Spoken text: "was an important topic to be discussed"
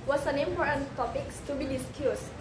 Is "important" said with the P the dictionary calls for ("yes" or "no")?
no